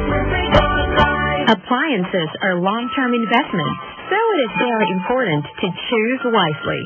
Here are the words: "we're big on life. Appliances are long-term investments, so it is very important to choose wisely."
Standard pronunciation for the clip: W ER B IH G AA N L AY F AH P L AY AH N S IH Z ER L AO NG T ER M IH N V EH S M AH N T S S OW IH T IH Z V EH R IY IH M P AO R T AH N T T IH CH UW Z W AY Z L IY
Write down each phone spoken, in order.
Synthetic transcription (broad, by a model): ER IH AH P L AY AH N S IH Z ER L AO NG T ER M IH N V EH S M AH N T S S OW IH T IH Z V EH R IY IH M P AO R T N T T IH CH UW Z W AY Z L IY